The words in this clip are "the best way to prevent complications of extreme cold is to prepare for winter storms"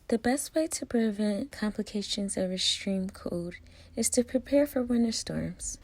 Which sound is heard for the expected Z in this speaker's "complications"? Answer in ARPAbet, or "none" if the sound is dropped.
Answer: Z